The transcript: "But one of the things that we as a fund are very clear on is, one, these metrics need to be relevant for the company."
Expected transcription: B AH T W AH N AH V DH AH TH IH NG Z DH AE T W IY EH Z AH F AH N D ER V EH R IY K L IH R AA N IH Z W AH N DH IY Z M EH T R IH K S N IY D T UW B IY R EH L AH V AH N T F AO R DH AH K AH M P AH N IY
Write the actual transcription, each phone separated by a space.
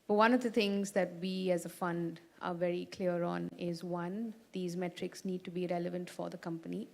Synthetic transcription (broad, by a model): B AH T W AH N AH V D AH T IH NG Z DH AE T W IY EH Z AH F AH N D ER V EH R IY K L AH R AA N IH Z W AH N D IY Z M EH T R IH K S N IY D T UW B IY R EH L AH V AH N T F AO R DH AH K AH M P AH N IY